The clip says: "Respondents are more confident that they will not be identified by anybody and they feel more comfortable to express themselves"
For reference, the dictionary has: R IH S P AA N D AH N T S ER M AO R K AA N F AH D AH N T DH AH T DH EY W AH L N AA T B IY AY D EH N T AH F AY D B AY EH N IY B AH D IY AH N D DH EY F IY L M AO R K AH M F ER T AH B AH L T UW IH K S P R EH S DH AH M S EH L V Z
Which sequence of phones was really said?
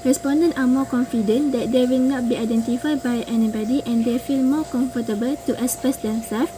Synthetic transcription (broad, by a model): R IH S P AA N D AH N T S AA M AO K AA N F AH D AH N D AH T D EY W AH L N AA T B IY AY D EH N T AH F AY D B AY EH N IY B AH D IY AH N D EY F IY L M AO K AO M F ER T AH B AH L T UW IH S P EH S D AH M S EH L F